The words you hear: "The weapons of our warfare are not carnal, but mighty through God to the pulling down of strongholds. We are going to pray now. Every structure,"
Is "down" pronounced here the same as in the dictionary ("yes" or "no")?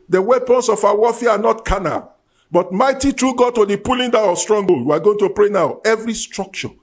no